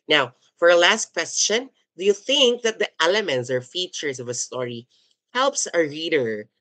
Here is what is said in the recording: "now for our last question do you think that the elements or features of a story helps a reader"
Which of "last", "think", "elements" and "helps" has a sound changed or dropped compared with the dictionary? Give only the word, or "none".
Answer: none